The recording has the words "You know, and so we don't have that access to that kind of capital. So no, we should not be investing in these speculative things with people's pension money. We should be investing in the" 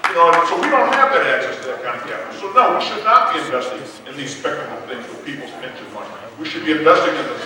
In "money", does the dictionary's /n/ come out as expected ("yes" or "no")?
no